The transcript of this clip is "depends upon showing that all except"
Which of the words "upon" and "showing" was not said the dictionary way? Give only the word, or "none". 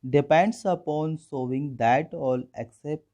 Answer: showing